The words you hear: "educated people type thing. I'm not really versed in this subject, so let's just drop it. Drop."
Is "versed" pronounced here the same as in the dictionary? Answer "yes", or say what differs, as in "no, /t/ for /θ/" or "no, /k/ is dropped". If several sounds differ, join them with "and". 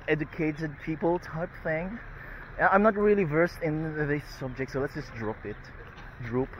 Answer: yes